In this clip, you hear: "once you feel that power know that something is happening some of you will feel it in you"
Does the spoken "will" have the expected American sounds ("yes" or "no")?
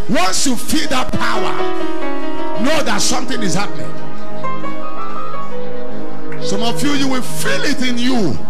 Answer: no